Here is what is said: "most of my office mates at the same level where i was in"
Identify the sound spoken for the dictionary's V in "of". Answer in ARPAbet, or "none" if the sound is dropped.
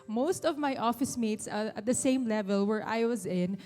V